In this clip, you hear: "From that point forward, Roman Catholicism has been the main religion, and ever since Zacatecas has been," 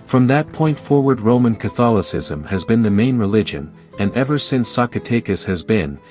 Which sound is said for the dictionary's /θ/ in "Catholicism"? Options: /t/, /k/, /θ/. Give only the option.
/θ/